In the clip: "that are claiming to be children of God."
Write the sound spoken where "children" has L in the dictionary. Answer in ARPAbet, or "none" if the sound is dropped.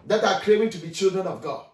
L